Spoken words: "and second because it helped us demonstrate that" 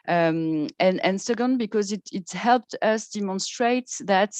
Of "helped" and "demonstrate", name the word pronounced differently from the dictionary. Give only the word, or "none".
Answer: none